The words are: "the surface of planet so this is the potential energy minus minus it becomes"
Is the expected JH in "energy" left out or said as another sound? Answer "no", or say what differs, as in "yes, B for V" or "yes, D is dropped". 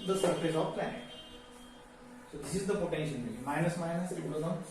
yes, JH is dropped